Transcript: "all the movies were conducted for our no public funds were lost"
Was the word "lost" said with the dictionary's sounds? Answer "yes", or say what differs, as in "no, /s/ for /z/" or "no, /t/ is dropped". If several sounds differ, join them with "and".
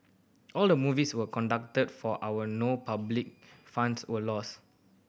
no, /t/ is dropped